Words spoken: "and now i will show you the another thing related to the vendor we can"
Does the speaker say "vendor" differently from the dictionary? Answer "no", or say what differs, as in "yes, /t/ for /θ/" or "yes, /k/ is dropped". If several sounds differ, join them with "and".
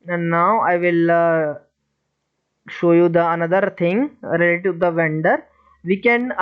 no